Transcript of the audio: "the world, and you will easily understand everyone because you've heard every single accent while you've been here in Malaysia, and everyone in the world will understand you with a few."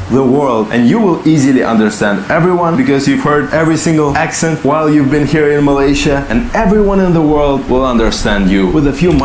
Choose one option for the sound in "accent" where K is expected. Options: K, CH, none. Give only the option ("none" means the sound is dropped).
K